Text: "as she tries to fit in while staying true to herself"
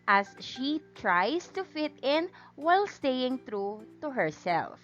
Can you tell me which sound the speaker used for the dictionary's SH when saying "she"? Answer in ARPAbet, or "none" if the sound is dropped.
SH